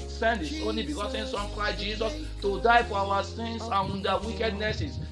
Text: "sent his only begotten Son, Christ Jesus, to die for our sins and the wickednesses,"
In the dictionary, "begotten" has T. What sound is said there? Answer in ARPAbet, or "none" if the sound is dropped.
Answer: S